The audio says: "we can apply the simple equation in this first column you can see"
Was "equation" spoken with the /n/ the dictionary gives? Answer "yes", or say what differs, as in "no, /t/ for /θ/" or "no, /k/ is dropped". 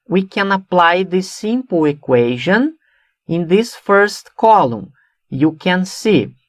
yes